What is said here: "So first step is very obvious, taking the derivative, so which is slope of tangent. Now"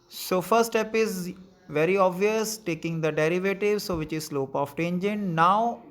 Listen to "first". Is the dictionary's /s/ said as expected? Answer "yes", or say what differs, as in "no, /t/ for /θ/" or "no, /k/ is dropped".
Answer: no, /s/ is dropped